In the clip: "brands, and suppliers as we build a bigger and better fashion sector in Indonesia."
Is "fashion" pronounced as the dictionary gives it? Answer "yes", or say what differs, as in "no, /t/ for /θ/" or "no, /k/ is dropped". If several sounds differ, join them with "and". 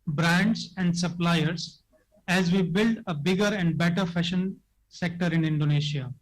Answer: yes